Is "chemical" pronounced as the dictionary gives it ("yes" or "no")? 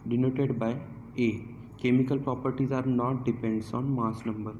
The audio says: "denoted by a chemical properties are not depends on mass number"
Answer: yes